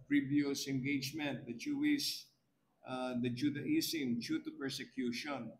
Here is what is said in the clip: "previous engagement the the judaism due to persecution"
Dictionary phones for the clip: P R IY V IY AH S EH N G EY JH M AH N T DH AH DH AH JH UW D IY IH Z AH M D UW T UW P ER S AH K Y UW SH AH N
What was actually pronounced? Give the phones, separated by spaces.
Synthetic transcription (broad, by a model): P R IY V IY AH S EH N G EY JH M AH N T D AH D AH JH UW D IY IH S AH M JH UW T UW P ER S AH K Y UW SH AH N